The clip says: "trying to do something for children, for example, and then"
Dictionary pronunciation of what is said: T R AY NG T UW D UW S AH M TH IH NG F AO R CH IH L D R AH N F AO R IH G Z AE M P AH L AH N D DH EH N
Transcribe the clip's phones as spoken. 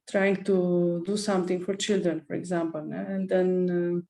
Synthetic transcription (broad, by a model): T R AY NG T UW D UW S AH M T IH NG F AO R CH IH L D R AH N F AO R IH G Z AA M P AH L AH N D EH N